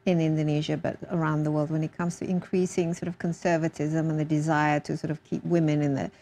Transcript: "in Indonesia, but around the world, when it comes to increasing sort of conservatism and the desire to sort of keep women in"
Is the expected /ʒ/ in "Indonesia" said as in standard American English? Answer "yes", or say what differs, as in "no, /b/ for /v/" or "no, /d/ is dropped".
yes